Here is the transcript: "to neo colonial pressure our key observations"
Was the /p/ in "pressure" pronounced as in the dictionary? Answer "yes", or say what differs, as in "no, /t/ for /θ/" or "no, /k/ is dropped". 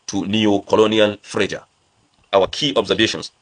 no, /f/ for /p/